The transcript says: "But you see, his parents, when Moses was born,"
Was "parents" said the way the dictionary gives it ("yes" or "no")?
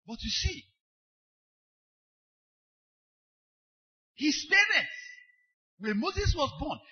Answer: no